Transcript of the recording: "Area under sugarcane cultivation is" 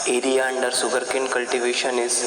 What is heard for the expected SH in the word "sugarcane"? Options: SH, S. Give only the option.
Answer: S